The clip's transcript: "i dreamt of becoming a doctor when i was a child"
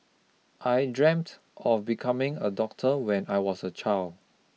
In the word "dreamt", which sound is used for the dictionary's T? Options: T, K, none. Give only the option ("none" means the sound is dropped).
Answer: T